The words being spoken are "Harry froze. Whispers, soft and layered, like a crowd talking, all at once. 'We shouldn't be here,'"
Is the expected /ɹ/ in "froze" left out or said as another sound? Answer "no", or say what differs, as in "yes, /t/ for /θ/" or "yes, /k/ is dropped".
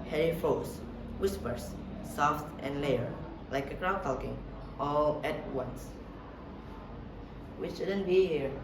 yes, /ɹ/ is dropped